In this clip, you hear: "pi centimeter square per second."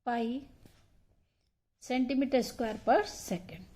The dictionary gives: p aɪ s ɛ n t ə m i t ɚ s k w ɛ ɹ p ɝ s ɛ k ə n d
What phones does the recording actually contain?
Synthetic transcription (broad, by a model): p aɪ s ɛ n t ə m i t ɚ s k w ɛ ɹ p ɝ s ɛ k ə n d